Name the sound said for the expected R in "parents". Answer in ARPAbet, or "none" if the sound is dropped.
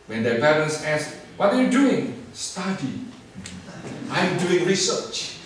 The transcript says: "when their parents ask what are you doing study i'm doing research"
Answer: L